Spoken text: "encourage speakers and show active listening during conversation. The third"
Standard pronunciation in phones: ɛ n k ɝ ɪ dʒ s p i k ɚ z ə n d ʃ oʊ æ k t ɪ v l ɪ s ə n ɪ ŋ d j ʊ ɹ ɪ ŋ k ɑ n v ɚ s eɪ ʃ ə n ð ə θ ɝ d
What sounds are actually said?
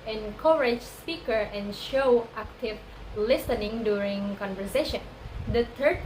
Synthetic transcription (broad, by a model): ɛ n k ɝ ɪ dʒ s p i k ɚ ə n ʃ oʊ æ k t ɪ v l ɪ s ə n ɪ ŋ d j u ɹ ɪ ŋ k ɑ n v ɚ s eɪ ʃ ə n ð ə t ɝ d